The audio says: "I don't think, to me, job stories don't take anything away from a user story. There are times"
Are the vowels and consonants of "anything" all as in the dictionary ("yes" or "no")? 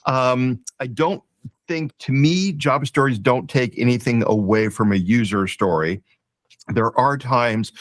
yes